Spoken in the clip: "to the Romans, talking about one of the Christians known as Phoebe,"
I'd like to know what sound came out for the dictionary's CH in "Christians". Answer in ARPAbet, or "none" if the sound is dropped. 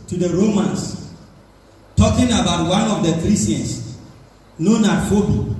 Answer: none